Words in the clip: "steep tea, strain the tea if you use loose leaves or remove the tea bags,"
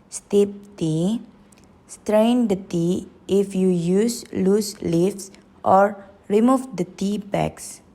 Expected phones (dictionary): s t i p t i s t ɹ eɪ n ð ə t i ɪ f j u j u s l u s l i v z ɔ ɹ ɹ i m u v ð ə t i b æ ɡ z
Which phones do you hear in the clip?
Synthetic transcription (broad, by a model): s t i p t i s t ɹ eɪ n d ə t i ɪ f j u j u s l u s l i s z ɔ ɹ ɹ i m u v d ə t i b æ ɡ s